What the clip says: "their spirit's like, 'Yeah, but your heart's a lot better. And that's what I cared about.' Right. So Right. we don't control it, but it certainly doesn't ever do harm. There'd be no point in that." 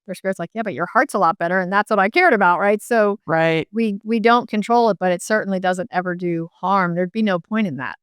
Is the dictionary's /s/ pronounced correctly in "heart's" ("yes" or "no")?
yes